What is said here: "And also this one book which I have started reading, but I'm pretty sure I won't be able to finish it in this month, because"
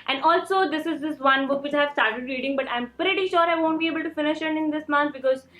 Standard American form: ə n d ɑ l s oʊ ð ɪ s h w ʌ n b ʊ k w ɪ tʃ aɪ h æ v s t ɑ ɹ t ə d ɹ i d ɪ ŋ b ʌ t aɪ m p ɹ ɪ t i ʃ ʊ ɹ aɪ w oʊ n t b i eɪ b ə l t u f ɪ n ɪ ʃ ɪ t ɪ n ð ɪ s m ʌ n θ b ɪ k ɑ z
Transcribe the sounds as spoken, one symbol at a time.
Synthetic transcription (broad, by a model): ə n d ɑ l s oʊ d ɪ s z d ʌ n b ʊ k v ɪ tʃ aɪ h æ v s t ɑ ɹ t ə d ɹ i d ɪ ŋ b ʌ t aɪ m p ɹ ɪ t i ʃ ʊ ɹ aɪ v oʊ n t b i eɪ b ə l t u f ɪ n ɪ ʃ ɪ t ɪ n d ɪ s m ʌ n t b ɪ k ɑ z